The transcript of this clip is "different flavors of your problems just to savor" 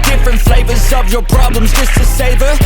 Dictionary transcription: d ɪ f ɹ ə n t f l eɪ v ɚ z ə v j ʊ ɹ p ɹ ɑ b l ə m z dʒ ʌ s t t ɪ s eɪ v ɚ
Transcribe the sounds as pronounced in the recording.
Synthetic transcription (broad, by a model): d ɪ f ɹ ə n t f l eɪ v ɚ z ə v j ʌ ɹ p ɹ ɑ b l ə m z dʒ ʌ s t t ɪ s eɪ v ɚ